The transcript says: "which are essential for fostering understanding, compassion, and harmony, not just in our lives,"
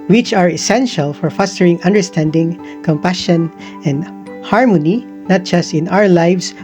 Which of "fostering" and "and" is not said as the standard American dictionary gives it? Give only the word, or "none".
none